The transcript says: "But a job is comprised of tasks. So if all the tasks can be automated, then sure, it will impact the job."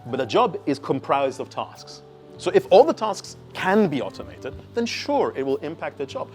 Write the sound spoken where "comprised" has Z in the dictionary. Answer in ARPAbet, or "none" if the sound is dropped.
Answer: Z